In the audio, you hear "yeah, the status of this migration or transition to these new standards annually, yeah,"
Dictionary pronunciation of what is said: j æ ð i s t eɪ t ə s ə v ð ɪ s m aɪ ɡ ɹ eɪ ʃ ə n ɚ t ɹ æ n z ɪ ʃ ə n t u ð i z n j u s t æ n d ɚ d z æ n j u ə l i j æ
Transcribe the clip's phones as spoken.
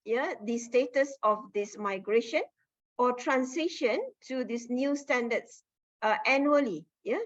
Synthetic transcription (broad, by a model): j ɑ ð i s t eɪ t ə s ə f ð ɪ s m aɪ ɡ ɹ eɪ ʃ ə n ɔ t ɹ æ n s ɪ ʃ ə n t u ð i s n j u s t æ n d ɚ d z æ n j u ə l i j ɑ